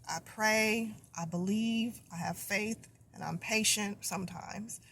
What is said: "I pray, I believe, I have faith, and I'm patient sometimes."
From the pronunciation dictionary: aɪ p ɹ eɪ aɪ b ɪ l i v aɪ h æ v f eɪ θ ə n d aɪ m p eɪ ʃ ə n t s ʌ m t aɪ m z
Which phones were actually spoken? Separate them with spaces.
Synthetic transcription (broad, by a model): aɪ p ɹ eɪ aɪ b ɪ l i v aɪ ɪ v f eɪ θ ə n aɪ m p eɪ ʃ ə n t s ʌ m t aɪ m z